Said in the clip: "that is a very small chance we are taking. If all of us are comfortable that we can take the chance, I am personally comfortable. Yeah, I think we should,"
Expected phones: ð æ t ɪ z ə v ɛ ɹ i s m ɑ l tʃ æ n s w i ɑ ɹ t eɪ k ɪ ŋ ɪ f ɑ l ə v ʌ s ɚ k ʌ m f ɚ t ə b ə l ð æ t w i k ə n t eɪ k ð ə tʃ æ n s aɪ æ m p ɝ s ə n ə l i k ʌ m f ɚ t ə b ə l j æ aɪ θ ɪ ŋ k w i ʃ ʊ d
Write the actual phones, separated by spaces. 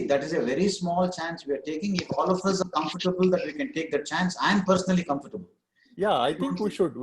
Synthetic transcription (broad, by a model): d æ t ɪ z ə v ɛ ɹ i s m ɑ l tʃ æ n s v i ɑ ɹ t eɪ k ɪ ŋ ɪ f ɑ l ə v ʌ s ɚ k ʌ m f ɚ t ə b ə l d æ t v i k ə n t eɪ k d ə tʃ æ n s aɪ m p ɝ s ə n ə l i k ʌ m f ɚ t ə b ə l j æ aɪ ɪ k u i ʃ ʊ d